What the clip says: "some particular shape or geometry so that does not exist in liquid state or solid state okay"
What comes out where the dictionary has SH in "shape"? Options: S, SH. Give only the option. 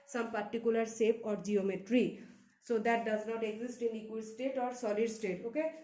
S